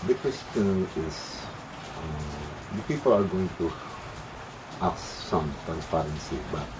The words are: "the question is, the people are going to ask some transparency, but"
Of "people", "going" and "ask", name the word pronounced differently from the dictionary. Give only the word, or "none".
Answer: ask